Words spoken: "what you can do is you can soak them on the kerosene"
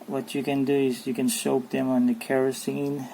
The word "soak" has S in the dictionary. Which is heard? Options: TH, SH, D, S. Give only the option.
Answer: SH